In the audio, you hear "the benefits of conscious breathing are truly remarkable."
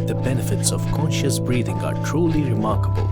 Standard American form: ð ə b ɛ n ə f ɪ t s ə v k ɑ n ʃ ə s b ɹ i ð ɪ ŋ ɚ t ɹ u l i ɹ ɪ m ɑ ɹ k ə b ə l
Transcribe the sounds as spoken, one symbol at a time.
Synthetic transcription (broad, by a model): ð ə b ɛ n ə f ɪ t s ə v k ɑ n ʃ ə s b ɹ i ð ɪ ŋ ɚ t ɹ u l i ɹ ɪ m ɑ ɹ k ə b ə l